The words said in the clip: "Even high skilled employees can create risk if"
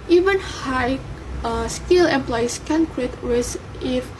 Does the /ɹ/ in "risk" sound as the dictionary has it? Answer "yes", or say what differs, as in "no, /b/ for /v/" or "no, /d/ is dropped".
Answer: no, /w/ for /ɹ/